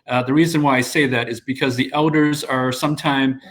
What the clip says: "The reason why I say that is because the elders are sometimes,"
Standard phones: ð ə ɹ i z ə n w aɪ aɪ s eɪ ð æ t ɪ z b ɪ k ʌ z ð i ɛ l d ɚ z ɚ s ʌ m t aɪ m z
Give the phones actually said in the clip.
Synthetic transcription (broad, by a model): ð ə ɹ i z ə n w aɪ aɪ s eɪ ð æ t ɪ z b ɪ k ʌ z ð i ɛ l d ɚ z ɚ s ʌ m t aɪ m